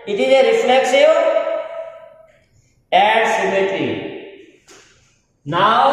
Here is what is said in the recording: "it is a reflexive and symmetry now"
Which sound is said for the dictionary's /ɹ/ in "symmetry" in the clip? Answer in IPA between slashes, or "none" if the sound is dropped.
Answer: none